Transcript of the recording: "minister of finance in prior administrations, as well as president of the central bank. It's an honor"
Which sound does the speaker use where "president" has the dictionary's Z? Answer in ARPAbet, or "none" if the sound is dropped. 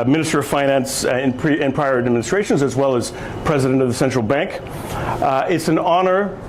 Z